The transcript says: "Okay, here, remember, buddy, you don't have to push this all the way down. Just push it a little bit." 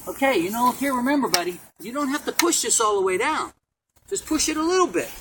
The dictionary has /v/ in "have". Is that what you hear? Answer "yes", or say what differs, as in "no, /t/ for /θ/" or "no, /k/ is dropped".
no, /f/ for /v/